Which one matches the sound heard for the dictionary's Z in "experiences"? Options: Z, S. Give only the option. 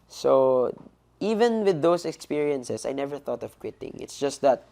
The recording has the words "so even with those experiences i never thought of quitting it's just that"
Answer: S